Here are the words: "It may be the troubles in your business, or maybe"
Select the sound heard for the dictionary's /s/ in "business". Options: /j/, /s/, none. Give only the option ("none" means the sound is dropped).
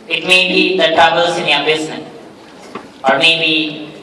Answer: none